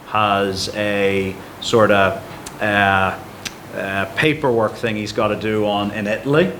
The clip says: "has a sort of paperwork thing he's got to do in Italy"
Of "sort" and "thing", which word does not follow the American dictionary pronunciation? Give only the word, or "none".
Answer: none